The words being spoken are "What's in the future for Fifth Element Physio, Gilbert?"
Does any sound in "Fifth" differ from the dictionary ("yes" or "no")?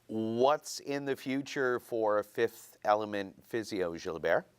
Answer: no